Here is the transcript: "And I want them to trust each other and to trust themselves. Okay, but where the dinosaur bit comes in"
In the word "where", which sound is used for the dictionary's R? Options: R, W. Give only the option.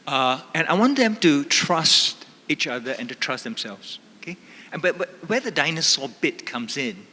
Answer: W